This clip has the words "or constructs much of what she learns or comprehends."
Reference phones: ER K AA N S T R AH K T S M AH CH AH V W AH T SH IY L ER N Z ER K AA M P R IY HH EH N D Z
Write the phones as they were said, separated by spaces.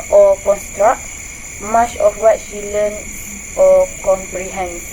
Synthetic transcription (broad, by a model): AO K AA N S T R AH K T M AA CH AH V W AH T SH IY L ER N AO K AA M P R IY HH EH N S